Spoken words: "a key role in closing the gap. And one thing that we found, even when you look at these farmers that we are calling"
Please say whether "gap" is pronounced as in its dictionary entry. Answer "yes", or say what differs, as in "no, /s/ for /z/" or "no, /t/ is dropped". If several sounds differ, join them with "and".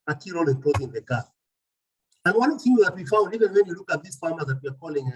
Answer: no, /p/ is dropped